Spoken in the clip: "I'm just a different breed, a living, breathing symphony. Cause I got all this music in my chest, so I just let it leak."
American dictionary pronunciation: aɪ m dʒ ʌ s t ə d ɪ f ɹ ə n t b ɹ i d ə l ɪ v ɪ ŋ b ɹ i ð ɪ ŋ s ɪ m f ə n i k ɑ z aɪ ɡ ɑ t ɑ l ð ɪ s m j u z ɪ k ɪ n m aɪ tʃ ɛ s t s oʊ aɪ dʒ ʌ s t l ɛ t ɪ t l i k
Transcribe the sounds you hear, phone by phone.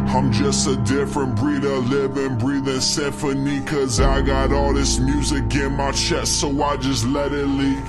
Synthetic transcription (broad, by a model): aɪ m dʒ ʌ s t ə d ɪ f ɹ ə n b ɹ i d ə l ɪ v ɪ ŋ b ɹ i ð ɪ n s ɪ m f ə n i k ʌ z aɪ ɡ ɑ t ɑ l ð ɪ s m j u z ɪ k ɪ n m aɪ tʃ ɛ t s oʊ aɪ dʒ ʌ s t l ɛ t ɪ t l i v